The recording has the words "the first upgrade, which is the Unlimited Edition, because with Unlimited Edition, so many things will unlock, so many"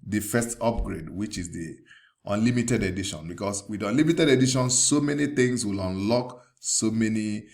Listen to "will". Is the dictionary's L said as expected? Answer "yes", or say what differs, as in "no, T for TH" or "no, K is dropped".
yes